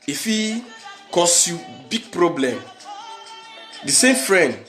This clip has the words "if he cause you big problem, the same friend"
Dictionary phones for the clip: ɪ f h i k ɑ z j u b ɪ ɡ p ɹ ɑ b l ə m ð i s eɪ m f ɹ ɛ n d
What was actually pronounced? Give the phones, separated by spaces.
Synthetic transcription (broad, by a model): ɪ f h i k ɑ s j u b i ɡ p ɹ ɑ b l ə m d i s eɪ m f ɹ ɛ n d